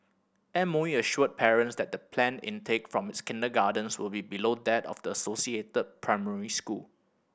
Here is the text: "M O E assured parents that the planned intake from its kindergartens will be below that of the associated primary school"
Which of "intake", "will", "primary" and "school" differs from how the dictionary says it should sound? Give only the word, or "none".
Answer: none